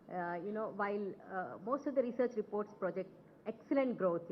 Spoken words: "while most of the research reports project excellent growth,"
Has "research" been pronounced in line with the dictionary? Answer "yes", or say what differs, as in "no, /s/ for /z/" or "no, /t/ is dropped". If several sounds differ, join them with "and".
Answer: yes